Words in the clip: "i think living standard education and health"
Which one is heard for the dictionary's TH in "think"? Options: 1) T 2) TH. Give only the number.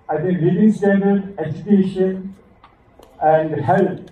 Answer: 1